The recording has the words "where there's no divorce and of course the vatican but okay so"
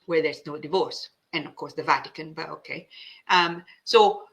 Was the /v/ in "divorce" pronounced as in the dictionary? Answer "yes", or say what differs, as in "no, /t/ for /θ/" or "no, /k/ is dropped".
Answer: yes